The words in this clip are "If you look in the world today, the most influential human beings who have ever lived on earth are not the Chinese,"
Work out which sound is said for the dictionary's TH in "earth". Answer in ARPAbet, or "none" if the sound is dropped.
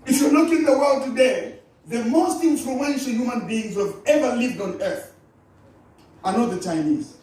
TH